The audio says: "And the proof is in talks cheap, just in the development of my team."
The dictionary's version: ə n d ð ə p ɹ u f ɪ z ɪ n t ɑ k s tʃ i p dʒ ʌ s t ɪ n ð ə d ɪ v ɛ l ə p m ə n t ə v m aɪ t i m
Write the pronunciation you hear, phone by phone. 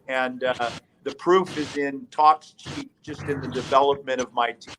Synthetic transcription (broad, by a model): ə n ð ə p ɹ u f ɪ z ɪ n t ɑ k s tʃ i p dʒ ʌ s t ɪ n ð ə d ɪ v ɛ l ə p m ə t ə v m aɪ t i